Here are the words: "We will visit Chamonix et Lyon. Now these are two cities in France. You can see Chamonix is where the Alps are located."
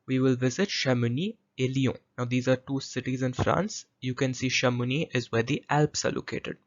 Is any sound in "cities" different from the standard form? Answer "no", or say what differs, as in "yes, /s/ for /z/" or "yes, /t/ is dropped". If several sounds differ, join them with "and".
no